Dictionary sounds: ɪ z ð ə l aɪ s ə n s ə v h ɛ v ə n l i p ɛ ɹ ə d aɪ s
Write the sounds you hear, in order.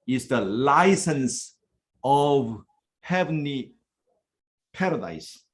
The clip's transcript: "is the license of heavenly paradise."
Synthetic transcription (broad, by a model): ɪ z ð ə l aɪ s ə n s ə v h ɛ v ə n i p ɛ ɹ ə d aɪ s